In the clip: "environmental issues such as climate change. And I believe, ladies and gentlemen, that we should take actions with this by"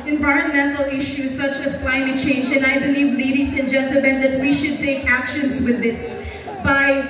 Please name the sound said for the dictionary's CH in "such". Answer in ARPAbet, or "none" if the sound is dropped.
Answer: CH